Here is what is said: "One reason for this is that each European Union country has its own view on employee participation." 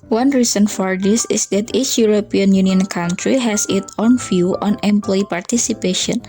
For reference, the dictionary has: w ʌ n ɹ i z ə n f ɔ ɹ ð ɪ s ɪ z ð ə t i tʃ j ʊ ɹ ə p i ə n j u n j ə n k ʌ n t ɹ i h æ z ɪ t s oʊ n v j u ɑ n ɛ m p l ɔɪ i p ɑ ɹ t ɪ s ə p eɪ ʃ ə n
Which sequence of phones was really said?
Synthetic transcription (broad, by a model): w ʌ n ɹ i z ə n f ɔ ɹ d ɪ s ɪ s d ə t i tʃ j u ɹ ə p i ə n j u n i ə n k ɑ n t ɹ i h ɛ s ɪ t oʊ n f j u ɑ n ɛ m p l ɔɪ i p ɑ ɹ t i s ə p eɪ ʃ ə n